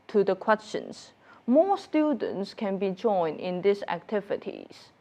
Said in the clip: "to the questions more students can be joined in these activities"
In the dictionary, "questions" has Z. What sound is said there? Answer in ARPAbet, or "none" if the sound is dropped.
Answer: S